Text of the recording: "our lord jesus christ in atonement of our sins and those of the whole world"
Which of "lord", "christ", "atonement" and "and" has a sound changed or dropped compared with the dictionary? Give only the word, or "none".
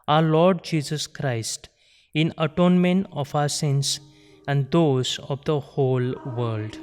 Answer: none